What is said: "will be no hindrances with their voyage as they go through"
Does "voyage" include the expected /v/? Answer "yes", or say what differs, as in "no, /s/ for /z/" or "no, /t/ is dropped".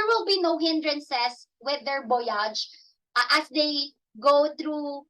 no, /b/ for /v/